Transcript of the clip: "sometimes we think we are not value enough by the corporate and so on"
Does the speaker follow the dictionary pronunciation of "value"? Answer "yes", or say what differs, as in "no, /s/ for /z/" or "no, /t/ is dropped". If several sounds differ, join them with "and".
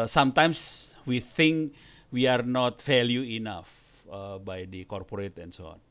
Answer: no, /f/ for /v/